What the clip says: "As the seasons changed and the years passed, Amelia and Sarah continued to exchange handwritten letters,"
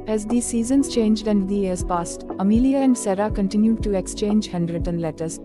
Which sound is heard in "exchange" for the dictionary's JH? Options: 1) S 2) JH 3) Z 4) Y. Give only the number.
2